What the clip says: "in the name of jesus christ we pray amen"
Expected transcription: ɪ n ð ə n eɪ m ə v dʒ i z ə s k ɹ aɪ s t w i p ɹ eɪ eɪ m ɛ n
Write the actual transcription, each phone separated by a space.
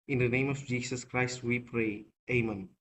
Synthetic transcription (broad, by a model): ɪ n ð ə n eɪ m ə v dʒ i s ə s k ɹ aɪ s t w i p ɹ eɪ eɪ m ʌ n